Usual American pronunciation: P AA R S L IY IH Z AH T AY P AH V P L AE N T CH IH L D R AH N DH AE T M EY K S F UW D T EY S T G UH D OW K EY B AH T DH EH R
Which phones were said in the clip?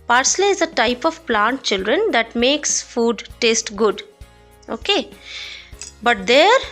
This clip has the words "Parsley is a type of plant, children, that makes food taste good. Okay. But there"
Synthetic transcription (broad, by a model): P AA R S L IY IH Z AH T AY P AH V P L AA N T CH IH L D R AH N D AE T M EY K S F UW D T EY S T G UH D OW K EY B AH T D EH R